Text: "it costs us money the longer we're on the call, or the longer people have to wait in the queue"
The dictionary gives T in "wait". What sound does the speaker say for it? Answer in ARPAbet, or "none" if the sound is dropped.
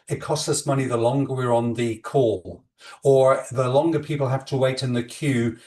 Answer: T